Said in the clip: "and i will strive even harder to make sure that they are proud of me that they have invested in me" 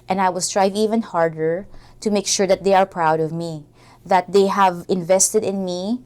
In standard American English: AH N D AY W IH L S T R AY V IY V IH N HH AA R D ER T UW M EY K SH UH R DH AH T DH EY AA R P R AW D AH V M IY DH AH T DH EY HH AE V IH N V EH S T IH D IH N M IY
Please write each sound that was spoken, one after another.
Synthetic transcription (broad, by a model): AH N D AY W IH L S T R AY V IY V IH N HH AA R D ER T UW M EY K SH UH R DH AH T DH EY AA R P R AW D AH V M IY DH AH T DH EY HH AE V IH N V EH S T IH D IH N M IY